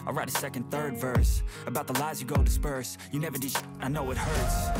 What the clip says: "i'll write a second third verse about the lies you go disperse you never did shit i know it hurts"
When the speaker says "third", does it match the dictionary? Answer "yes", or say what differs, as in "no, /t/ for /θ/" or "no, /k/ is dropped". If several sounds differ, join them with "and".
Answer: yes